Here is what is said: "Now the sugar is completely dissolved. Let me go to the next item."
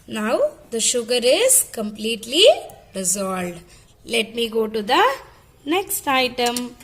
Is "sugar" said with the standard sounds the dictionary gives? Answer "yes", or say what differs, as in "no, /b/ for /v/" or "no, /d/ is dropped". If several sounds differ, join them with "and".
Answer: yes